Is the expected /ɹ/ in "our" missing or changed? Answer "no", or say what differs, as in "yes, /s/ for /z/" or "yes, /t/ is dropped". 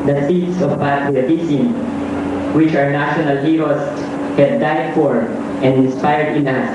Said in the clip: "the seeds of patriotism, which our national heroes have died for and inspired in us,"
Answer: no